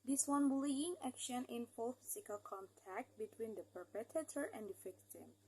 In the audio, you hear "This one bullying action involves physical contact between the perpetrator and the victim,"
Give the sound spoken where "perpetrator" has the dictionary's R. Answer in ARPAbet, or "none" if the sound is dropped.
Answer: none